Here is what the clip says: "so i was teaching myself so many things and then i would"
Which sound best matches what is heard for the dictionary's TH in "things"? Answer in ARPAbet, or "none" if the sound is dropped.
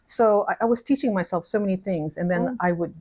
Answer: TH